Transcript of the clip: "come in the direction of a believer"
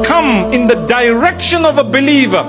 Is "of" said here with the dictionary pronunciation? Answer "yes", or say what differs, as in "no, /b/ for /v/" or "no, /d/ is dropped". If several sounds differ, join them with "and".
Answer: yes